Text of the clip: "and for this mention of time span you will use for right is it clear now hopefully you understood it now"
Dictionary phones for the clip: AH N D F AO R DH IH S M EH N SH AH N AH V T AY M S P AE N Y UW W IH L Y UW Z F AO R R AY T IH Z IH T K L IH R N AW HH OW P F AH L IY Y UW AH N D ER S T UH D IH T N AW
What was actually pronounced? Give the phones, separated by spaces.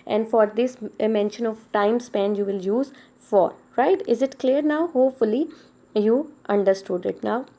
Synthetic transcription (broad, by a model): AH N D F AO R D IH S M EH N SH AH N AH V T AY M S P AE N Y UW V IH L Y UW Z F AO R R AY T IH Z IH T K L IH R N AW HH OW P F AH L IY Y UW AH N D ER S T UH D IH T N AW